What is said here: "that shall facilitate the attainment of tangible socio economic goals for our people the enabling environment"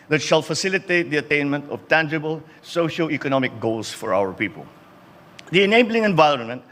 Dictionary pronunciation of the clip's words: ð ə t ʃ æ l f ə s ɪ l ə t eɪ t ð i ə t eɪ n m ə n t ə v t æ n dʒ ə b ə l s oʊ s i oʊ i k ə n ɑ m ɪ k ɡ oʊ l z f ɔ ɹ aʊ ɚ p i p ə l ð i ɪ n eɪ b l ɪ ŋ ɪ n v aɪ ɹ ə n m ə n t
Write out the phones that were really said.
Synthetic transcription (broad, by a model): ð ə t ʃ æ l f ə s ɪ l ə t eɪ t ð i ə t eɪ n m ə n t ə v t æ n dʒ ə b ə l s oʊ ʃ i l i k ə n ɑ m ɪ k ɡ oʊ l s f ɔ ɹ aʊ ɚ p i p ə l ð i ɪ n eɪ b l ɪ ŋ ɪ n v aɪ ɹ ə n m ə n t